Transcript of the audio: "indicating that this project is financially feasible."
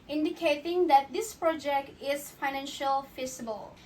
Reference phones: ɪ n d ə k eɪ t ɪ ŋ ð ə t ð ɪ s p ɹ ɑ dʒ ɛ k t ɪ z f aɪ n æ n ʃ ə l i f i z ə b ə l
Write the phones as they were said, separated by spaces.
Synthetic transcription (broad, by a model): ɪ n d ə k eɪ t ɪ ŋ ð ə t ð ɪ s p ɹ ɑ dʒ ɛ k t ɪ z f aɪ n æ n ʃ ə l f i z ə b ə l